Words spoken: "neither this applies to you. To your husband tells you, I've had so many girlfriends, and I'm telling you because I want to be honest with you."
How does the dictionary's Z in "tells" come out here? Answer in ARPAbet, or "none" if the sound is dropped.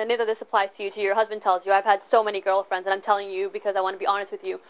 Z